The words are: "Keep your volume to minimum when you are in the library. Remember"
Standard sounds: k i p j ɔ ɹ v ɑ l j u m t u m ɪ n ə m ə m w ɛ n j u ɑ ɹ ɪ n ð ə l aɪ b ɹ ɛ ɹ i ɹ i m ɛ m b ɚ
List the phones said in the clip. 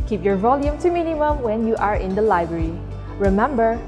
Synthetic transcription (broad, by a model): k i p j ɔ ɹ v ɑ l j u m t u m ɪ n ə m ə m w ɛ n j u ɑ ɹ ɪ n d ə l aɪ b ɹ ɛ ɹ i ɹ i m ɛ m b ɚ